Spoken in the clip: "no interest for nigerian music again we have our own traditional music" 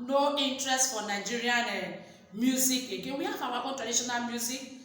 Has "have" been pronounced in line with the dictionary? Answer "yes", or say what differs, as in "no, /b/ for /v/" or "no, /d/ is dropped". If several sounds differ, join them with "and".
no, /w/ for /v/